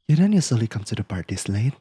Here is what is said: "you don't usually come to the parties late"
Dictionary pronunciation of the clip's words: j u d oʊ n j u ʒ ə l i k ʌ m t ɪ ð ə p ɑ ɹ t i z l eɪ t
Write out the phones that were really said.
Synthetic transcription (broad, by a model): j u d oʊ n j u s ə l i k ʌ m t ɪ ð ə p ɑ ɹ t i s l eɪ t